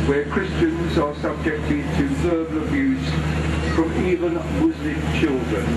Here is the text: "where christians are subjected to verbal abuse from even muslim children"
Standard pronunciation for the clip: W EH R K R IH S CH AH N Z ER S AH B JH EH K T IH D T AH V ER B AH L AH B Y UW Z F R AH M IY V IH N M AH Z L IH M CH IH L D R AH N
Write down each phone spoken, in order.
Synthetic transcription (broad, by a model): W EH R K R IH S CH AH N Z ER S AH B JH EH K T IH D T AH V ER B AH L AH B Y UW Z F R AH M IY V IH N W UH Z L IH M CH IH L D R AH N